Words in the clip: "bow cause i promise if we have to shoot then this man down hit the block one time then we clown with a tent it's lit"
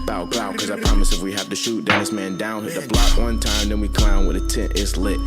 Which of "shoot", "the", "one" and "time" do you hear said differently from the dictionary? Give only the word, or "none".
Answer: none